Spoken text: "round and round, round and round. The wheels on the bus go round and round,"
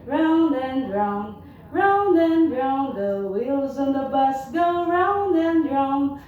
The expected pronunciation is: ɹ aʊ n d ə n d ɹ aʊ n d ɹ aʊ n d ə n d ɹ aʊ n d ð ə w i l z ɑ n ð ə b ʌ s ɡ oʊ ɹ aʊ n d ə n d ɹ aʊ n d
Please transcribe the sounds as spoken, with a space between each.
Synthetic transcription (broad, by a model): ɹ aʊ n d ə n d ɹ aʊ n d ɹ aʊ n d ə n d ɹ aʊ n ð ə w i l z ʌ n ð ə b ʌ s ɡ oʊ ɹ aʊ n d ə n d ɹ aʊ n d